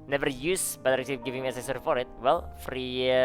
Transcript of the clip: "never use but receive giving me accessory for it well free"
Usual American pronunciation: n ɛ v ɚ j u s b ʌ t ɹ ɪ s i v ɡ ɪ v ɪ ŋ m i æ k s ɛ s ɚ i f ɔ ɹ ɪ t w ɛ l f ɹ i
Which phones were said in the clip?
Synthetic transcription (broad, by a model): n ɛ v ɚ j u s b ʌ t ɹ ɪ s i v ɡ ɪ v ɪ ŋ m i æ s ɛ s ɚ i f ɔ ɹ ɪ t w ɛ l f ɹ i